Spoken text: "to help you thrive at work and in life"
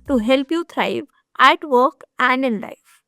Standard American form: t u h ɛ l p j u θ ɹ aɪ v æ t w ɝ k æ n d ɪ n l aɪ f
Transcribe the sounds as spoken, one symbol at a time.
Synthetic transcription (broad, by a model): t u h ɛ l p j u t ɹ aɪ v æ t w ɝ k æ n d ɪ n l aɪ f